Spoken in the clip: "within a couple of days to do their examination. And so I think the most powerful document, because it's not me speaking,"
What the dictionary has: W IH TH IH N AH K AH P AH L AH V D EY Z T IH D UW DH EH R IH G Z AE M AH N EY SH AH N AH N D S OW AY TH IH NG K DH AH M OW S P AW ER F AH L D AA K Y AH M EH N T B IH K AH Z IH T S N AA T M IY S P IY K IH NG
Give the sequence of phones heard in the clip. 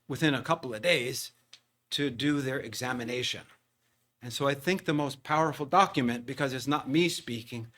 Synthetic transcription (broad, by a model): W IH TH IH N AH K AH P L AH V D EY Z T IH D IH DH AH R IH G Z AE M AH N EY SH AH N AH N S OW AY TH IH NG K DH AH M OW S P AW ER F L D AA K Y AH M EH N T B IH K AH Z IH T S N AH T M IY S P IY K IH NG